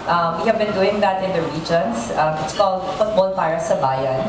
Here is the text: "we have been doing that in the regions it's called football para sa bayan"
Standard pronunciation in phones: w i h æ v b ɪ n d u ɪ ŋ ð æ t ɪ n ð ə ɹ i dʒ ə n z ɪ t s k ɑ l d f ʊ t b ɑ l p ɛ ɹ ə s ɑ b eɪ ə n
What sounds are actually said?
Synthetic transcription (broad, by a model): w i h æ v b ɪ n d u ɪ ŋ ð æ t ɪ n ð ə ɹ i dʒ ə n s ɪ t s k ɑ l d f ʊ t b ɑ l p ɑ ɹ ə s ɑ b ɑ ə n